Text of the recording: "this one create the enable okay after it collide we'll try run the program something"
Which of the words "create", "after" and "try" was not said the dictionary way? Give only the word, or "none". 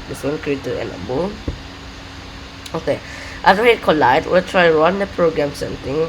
after